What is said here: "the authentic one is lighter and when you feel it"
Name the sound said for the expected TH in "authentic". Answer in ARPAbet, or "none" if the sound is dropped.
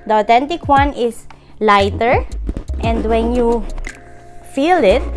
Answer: T